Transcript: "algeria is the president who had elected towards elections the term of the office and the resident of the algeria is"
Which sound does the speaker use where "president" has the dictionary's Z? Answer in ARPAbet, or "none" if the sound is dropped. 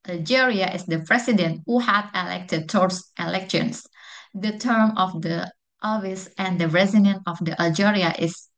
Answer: S